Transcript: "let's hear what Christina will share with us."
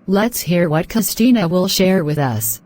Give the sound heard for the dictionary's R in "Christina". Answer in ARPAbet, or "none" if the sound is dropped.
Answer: none